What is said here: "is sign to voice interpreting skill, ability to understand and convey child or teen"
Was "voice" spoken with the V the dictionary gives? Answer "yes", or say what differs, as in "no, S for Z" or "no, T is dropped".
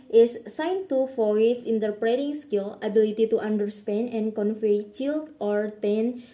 no, F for V